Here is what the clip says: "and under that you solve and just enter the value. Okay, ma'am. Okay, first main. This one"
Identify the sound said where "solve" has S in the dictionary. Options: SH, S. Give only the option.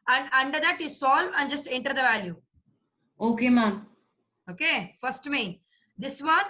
S